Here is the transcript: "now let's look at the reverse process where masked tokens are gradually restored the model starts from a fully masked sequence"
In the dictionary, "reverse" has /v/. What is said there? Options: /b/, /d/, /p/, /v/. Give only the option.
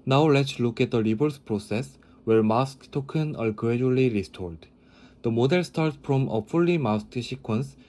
/b/